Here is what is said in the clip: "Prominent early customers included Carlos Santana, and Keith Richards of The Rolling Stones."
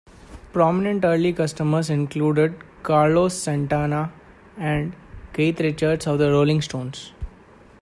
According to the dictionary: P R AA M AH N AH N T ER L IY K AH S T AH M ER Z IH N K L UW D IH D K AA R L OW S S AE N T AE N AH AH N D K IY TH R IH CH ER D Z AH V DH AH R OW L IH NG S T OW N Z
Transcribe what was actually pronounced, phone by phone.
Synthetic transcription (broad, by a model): P R AA M AH N AH N T ER L IY K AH S T AH M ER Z IH N K L UW D IH D K AA R L OW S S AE N T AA N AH AH N D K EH T R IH CH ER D S AH V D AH R OW L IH NG S T OW N S